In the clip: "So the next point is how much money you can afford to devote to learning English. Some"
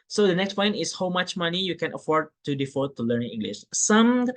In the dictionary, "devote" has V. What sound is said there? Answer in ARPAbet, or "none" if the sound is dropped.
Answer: F